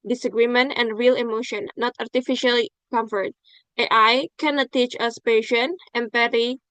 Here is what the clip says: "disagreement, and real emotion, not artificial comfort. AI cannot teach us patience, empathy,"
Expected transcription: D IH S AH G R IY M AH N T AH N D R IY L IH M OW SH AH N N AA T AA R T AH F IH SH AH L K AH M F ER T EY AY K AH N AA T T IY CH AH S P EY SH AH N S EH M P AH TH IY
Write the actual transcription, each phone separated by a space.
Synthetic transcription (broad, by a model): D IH S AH G R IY M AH N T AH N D R IY L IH M OW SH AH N N AA T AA R T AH F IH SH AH L K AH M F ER T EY AY K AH N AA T T IY CH AH S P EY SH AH N EH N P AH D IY